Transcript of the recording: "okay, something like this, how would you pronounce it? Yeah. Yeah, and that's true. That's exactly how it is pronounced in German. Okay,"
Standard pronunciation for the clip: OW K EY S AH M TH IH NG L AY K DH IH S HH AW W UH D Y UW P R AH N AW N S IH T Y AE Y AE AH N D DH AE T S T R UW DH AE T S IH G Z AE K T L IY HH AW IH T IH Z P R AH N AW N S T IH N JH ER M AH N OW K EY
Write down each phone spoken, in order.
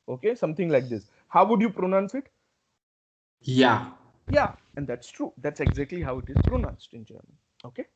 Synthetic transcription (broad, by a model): OW K EY S AH M T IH NG L AY K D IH S HH AW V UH D Y UW P R AH N AW N S IH T Y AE Y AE AH N D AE T S T R UW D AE T S IH G Z AE K T L IY HH AW IH T IH Z P R AH N AW N S T IH N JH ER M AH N OW K EY